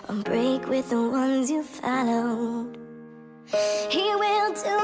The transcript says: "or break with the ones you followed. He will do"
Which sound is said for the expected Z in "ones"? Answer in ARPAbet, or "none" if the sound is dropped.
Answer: Z